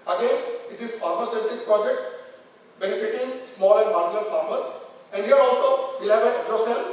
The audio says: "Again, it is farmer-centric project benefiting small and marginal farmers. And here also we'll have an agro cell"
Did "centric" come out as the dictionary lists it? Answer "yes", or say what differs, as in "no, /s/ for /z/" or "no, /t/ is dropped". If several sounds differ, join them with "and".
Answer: no, /ɹ/ is dropped